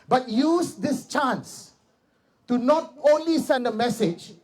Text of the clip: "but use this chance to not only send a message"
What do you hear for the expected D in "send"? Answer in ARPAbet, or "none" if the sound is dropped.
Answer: D